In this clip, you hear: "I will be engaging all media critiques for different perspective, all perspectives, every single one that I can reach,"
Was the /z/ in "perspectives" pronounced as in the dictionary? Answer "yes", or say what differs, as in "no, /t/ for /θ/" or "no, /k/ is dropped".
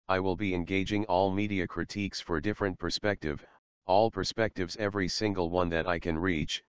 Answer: yes